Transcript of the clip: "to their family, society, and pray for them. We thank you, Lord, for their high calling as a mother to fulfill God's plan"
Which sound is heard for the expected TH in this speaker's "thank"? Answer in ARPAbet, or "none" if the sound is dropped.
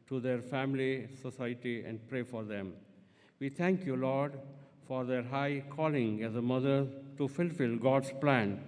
T